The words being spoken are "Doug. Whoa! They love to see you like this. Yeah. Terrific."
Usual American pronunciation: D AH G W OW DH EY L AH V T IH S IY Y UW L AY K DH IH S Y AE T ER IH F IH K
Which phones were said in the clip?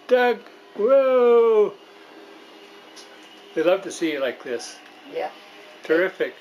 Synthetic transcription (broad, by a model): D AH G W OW DH EY L AH V T IH S IY Y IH L AY K DH IH S Y AE T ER IH F IH K